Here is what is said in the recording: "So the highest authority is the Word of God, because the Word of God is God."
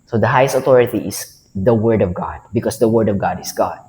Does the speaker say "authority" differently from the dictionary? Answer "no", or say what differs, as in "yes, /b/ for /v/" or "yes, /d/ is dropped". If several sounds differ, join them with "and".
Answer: yes, /t/ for /θ/